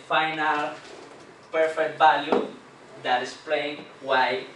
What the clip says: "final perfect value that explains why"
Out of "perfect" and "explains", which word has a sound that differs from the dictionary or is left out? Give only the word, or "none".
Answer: explains